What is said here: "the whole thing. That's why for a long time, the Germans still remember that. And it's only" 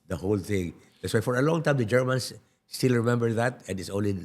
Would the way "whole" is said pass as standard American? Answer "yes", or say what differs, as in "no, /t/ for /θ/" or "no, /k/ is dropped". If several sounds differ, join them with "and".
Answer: yes